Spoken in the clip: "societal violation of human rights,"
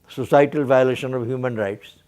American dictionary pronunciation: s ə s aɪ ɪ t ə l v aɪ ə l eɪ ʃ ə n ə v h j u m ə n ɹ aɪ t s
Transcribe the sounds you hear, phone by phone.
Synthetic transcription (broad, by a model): s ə s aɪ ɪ t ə l v aɪ ə l eɪ ʃ ə n ə v h j u m ə n ɹ aɪ t s